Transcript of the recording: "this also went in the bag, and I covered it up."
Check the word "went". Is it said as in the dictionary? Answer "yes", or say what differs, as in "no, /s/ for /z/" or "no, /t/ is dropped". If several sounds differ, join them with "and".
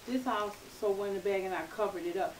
no, /t/ is dropped